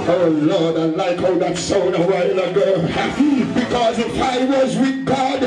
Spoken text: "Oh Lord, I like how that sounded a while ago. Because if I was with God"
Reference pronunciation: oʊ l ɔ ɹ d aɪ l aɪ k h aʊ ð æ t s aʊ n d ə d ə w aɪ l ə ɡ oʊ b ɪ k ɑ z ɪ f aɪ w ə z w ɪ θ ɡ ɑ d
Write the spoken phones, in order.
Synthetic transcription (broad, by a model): oʊ l ɔ ɹ d aɪ l aɪ k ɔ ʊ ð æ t s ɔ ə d ə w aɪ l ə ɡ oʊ b ɪ k ɑ z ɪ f aɪ w ə z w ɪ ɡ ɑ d